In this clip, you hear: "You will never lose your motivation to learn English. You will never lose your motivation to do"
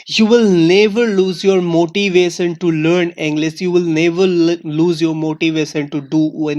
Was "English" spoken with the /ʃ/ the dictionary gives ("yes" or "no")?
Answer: no